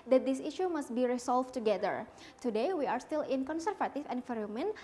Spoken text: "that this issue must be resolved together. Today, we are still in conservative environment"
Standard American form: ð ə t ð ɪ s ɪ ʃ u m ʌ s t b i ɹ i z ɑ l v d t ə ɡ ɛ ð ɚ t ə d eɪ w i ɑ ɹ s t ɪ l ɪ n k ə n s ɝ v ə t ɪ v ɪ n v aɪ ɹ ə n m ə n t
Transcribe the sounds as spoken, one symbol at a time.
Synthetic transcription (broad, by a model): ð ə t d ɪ s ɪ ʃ u m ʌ s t b i ɹ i s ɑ l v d t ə ɡ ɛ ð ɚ t ə d eɪ w i ɑ ɹ s t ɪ l ɪ n k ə n s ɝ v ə t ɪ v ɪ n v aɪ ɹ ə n m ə n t